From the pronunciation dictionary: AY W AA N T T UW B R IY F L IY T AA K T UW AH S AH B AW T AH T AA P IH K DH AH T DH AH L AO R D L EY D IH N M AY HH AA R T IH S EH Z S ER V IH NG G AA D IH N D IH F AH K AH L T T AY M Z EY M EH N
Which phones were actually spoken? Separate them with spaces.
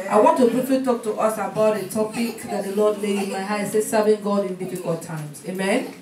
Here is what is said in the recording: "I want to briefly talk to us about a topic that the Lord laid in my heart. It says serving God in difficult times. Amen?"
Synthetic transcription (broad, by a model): AY W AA N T T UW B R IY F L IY T AA K T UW AH S AH B AW T AH T AA P IH K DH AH T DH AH L AO D L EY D IH N M AY HH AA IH S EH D S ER V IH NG G AA D IH N D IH F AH K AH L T T AY M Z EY M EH N